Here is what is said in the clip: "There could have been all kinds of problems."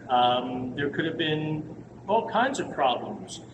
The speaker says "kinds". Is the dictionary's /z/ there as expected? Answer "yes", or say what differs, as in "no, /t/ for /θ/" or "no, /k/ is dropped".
yes